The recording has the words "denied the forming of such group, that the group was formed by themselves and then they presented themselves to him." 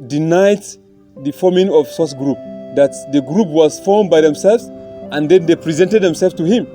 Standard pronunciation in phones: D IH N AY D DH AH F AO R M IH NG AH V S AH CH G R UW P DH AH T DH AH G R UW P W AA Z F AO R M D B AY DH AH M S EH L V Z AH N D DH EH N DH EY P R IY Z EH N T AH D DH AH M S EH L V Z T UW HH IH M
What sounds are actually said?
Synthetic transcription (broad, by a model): D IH N AY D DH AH F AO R M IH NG AH V S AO S G R UW P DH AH T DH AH G R UW P W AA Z F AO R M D B AY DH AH M S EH L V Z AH N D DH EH N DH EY P R IY Z EH N T AH D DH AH M S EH L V T UW HH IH M